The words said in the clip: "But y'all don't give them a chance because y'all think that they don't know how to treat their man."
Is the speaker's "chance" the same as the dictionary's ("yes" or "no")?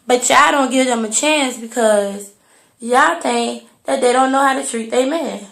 yes